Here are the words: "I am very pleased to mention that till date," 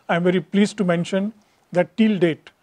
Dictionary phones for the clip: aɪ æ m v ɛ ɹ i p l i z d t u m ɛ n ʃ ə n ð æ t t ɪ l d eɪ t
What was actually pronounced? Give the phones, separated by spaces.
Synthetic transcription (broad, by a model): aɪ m v ɛ ɹ i p l i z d t u m ɛ n ʃ ə n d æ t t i l d eɪ t